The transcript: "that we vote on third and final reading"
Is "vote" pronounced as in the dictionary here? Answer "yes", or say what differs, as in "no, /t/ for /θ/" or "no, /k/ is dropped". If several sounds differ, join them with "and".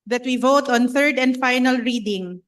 yes